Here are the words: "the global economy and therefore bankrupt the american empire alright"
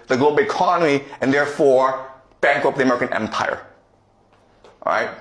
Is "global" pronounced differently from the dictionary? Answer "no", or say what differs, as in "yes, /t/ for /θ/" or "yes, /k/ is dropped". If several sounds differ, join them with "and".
yes, /b/ is dropped